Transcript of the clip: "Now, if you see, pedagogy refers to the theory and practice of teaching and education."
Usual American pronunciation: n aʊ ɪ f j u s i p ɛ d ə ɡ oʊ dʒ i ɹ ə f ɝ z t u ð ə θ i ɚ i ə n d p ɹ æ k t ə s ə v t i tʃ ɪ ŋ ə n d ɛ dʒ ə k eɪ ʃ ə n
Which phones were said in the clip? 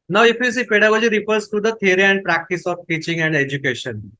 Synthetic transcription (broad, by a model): n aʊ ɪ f j u s i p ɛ d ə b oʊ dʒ i ɹ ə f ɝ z t u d ə t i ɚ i ə n d p ɹ æ k t ə s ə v t i tʃ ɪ ŋ ə n d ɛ dʒ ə k eɪ ʃ ə n